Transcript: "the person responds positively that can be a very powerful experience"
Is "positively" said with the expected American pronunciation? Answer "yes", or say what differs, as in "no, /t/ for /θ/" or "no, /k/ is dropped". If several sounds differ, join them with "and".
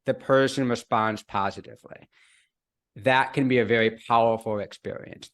yes